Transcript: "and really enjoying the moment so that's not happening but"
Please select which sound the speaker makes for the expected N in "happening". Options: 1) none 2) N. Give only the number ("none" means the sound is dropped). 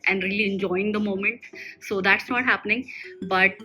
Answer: 2